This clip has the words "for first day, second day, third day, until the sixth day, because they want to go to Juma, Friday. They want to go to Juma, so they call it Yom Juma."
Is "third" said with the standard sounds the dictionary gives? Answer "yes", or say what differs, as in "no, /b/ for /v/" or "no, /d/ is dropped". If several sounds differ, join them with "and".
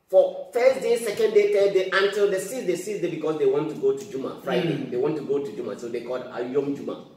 no, /t/ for /θ/